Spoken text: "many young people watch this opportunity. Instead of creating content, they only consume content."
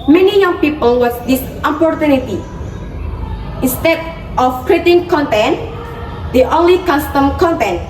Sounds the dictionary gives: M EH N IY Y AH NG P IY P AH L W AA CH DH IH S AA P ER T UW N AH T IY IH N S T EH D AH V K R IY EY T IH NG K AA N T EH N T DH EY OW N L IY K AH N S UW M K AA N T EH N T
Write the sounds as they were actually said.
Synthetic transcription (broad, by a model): M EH N IY Y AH NG P IY P AH L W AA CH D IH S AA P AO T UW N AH T IY IH N S T EH D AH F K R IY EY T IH NG K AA N T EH N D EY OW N L IY K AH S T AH M K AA N T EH N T